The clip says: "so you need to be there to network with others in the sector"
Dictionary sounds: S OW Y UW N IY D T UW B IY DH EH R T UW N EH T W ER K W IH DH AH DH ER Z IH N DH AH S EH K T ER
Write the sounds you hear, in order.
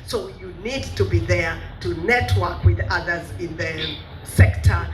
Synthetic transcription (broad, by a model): S OW Y UW N IY D T UW B IY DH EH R T UW N EH T W ER K W IH DH AH DH ER Z IH N DH AH S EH K T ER